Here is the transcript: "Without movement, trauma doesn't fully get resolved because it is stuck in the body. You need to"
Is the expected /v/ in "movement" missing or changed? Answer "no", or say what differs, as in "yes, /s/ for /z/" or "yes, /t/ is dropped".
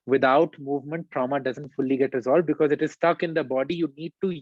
no